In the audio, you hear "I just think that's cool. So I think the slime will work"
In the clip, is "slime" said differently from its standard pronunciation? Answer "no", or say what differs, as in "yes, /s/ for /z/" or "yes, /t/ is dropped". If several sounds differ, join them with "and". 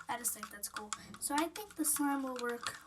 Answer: yes, /l/ is dropped